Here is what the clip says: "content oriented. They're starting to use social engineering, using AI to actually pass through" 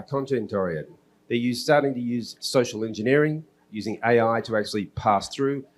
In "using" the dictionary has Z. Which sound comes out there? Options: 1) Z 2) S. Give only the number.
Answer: 1